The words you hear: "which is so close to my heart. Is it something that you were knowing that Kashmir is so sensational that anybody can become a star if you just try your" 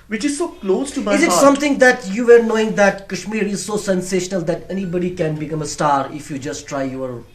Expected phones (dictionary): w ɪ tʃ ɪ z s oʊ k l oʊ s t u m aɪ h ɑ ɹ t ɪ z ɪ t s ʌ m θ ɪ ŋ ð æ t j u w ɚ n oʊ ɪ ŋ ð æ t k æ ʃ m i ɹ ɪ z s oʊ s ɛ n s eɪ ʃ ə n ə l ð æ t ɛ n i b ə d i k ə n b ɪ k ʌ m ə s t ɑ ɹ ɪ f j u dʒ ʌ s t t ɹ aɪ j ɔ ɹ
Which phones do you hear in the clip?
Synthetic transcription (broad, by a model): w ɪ tʃ ɪ z s oʊ k l oʊ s t u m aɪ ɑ ɪ z ɪ t s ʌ m t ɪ ŋ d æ t j u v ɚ n oʊ ɪ ŋ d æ t k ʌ ʃ m i ɹ ɪ z s oʊ s ɛ n s eɪ ʃ ə n ə l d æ t ɛ n i b ə d i k ə n b ɪ k ʌ m ə s t ɑ ɹ ɪ f j u dʒ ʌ s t t ɹ aɪ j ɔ ɹ